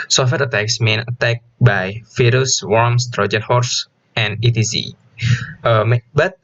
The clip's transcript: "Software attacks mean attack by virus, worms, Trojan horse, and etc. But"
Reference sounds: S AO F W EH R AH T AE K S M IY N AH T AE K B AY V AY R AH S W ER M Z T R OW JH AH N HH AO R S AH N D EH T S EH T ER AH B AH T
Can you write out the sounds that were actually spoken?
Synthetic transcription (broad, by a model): S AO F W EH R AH T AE K S M IY N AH T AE K B AY F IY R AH S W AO M S T R OW JH AH N HH AO R S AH N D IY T IY S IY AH B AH T